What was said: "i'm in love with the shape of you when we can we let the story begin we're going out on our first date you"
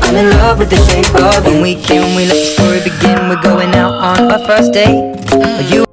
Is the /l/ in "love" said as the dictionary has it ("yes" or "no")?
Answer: yes